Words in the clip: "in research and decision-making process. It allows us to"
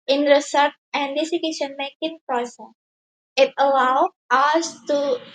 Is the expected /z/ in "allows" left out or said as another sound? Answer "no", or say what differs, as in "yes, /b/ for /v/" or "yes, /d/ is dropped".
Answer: yes, /z/ is dropped